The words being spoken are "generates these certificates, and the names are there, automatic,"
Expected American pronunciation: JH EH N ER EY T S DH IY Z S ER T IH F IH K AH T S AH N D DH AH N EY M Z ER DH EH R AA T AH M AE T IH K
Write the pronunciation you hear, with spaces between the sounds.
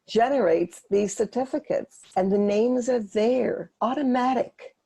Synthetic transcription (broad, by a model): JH EH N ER EY T S DH IY Z S ER T IH F IH K AH T S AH N DH AH N EY M Z ER DH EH R AA T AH M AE T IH K